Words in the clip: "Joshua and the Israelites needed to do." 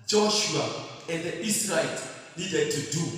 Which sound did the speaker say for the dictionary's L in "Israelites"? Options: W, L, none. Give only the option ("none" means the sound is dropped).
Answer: none